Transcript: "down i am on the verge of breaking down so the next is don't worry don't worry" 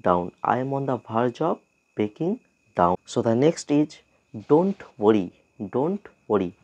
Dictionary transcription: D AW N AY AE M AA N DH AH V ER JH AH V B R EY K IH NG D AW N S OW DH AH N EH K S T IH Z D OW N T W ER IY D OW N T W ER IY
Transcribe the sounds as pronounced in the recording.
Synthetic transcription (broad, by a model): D AW N AY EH M AA N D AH B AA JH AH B EY K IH NG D AW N S OW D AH N EH K S T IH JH D OW N T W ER IY D OW N T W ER IY